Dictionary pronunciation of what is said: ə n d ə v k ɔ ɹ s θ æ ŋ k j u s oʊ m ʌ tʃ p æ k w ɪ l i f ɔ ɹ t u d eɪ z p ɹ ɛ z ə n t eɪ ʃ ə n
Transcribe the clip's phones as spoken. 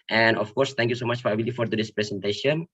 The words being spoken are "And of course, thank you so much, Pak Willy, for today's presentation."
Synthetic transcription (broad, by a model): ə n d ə f k ɔ ɹ s t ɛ ŋ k j u s oʊ m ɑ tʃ f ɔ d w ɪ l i f ɔ ɹ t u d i s p ɹ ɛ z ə n t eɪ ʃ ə n